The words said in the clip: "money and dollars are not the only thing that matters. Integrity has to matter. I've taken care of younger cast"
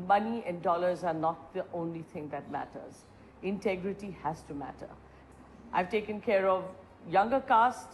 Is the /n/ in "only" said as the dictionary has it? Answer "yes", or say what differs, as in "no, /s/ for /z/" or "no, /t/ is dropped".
yes